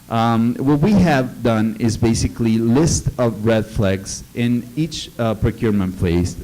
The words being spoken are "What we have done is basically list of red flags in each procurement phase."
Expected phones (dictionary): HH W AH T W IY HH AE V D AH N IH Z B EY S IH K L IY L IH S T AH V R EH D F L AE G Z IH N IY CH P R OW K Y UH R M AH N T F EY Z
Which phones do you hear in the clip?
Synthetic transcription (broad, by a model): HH W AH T W IY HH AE V D AH N IH Z B EY S IH K L IY L IH S T AH V R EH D F L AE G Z IH N IY CH P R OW K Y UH R M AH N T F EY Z